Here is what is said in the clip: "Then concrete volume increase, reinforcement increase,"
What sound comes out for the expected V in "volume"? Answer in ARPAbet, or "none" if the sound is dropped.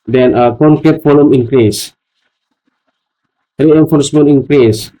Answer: F